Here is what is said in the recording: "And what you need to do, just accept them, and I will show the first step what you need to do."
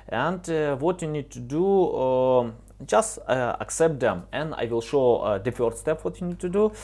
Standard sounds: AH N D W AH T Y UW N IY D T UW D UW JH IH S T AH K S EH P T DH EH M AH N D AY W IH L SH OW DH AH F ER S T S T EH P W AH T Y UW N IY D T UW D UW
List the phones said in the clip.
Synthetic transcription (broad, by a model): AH N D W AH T Y UW N IY D T UW D UW JH IH S T AH K S EH P T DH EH M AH N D AY W IH L SH OW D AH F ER T S T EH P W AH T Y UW N IY D T UW D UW